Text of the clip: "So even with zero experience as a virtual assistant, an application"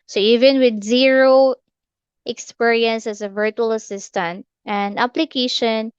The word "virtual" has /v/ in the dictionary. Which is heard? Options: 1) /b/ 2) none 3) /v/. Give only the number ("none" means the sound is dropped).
3